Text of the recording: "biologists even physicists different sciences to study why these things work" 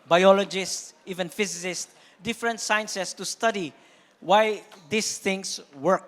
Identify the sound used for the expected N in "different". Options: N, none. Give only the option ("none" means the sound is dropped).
N